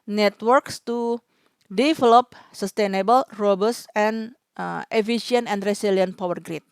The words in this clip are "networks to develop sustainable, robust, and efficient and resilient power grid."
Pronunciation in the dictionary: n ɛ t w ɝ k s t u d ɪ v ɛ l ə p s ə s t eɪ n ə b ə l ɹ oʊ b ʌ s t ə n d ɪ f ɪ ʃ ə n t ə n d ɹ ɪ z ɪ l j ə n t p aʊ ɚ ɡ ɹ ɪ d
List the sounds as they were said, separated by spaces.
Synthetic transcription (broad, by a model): n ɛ t w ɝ k s t u d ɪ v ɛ l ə p s ə s t eɪ n ə b ə l ɹ oʊ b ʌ s ə n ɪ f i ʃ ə n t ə n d ɹ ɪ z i l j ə n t p aʊ ɚ ɡ ɹ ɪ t